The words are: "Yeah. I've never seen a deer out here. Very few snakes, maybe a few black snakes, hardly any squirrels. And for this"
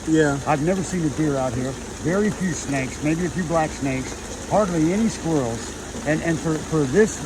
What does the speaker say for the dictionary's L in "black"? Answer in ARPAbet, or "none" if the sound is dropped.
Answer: L